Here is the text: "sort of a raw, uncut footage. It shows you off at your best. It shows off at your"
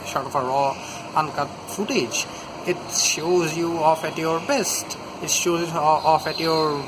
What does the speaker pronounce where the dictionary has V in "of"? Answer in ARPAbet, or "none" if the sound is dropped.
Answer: F